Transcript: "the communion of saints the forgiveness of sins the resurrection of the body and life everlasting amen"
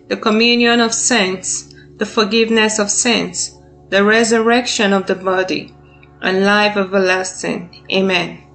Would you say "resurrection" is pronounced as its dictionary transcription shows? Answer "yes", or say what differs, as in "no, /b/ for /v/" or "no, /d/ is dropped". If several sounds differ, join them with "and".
yes